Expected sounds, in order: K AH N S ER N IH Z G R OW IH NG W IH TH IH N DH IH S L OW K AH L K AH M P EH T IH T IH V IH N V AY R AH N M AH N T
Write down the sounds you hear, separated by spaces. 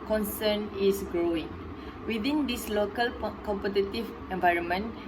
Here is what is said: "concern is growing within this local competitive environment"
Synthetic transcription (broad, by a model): K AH N S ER N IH S G R OW IH NG W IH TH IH N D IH S L OW K AH L K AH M P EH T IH T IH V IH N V AY R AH N M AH N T